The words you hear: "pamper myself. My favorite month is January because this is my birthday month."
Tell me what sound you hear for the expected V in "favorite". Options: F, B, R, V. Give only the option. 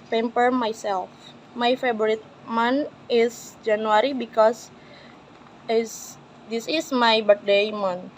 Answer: B